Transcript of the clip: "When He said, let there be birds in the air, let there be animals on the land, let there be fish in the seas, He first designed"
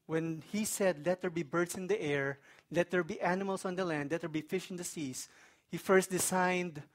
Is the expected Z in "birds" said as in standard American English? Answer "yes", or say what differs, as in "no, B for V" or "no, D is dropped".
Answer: no, S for Z